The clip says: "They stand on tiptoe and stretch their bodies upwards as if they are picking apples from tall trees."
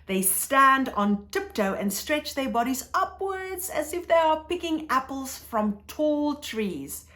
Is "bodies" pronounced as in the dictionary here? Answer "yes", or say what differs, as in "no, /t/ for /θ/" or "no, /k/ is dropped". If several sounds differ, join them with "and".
yes